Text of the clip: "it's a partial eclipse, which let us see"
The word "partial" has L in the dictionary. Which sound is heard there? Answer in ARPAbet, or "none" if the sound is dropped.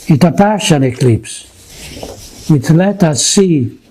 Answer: N